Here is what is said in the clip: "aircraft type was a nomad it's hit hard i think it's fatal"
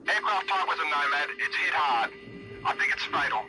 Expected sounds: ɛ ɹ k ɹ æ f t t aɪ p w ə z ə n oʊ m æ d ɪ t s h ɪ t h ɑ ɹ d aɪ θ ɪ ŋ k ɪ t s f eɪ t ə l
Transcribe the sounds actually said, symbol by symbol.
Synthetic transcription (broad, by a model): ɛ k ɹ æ f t t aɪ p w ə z ə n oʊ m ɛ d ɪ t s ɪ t h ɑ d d aɪ θ ɪ ŋ k ɪ t s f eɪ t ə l